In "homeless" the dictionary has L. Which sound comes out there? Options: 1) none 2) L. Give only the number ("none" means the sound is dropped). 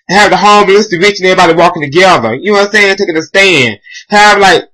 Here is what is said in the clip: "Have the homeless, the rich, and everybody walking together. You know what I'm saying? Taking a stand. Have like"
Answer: 1